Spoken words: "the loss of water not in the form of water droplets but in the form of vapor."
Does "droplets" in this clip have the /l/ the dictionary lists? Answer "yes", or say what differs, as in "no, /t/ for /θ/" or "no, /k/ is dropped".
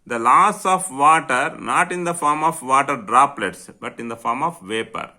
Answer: yes